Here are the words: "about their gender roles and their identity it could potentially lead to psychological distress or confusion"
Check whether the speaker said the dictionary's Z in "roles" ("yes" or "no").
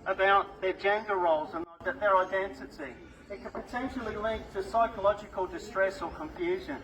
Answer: yes